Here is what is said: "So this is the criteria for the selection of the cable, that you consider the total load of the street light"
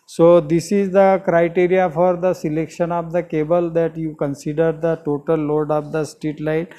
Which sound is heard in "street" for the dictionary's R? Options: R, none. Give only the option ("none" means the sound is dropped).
none